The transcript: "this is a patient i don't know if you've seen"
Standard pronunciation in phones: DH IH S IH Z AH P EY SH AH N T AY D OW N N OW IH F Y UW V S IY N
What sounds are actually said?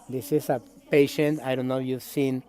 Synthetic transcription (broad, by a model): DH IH S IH S AH P EY SH AH N T AY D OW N N OW Y UW V S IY N